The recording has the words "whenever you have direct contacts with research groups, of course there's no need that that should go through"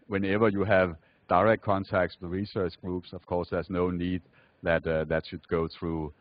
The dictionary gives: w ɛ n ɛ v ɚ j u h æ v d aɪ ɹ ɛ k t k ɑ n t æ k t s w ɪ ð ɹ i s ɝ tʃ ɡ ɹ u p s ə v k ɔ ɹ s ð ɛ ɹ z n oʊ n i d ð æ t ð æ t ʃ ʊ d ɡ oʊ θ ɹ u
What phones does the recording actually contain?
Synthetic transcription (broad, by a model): w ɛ n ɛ v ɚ j u h æ v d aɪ ɹ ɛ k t k ɑ n t æ k t s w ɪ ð ɹ i s ɝ tʃ ɡ ɹ u p s ə v k ɔ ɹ s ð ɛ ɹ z n oʊ n i d ð æ t ð æ t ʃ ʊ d ɡ oʊ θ ɹ u